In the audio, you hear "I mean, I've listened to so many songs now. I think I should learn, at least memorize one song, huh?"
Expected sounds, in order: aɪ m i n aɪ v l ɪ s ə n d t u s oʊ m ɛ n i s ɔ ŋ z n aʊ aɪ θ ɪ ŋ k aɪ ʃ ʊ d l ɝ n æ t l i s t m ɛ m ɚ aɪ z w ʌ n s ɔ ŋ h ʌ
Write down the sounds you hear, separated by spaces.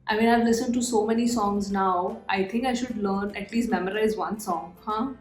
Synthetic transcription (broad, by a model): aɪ m i n aɪ v l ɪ s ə n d t u s oʊ m ɛ n i s ɔ ŋ z n aʊ aɪ t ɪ ŋ k aɪ ʃ ʊ d l ɝ n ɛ t l i s t m ɛ m ɚ aɪ z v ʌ n s ɔ ŋ h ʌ